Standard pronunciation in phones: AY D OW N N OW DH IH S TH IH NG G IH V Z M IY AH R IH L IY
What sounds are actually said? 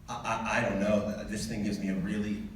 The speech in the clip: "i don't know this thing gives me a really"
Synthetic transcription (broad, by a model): AY D OW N N OW DH IH S TH IH NG G IH V Z M IY AH R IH L IY